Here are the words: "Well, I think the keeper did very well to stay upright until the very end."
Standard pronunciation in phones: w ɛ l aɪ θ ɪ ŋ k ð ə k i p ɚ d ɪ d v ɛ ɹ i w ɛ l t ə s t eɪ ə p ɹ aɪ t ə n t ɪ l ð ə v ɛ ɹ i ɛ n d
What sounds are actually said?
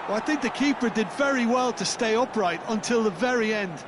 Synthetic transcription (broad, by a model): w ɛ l aɪ θ ɪ ŋ k ð ə k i p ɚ d ɪ d v ɛ ɹ i w ɛ l t ə s t eɪ ə p ɹ aɪ t ə n t ɪ l ð ə v ɛ ɹ i ɛ n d